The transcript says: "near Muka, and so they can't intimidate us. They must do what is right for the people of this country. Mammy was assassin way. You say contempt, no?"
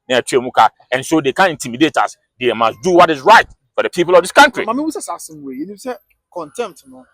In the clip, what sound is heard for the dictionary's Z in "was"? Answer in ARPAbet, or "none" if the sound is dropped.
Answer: S